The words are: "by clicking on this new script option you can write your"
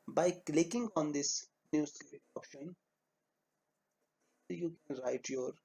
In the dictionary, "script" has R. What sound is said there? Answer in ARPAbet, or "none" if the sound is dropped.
none